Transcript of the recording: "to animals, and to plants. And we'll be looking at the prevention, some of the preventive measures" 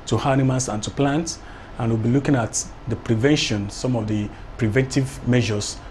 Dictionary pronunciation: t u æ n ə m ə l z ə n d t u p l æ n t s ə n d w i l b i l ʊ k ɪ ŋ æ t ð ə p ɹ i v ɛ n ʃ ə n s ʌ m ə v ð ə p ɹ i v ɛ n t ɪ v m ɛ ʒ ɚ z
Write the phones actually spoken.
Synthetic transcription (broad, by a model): t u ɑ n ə m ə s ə n t u p l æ n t ə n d w i l b i l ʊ k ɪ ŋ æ t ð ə p ɹ i v ɛ n ʃ ə n s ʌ m ə v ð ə p ɹ i v ɛ n t ɪ v m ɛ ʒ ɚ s